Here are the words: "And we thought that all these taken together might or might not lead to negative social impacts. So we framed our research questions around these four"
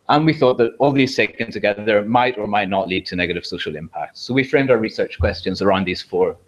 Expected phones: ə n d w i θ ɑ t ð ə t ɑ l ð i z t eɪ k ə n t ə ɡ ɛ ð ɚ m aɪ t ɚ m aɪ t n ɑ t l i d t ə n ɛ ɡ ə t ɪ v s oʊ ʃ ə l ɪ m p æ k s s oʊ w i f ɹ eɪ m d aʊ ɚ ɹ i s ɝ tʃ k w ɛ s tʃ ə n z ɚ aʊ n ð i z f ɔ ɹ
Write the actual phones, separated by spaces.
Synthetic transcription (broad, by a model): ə n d w i θ ɑ t ð ə t ɑ l ð i z s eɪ k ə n t ə ɡ ɛ ð ɚ m aɪ t ɚ m aɪ t n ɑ t l i d t ə n ɛ ɡ ə t ɪ v s oʊ ʃ ə l ɪ m p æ k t s oʊ w i f ɹ eɪ m d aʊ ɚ ɹ i s ɝ tʃ k w ɛ s tʃ ə n z ɚ aʊ n ð i z f ɔ ɹ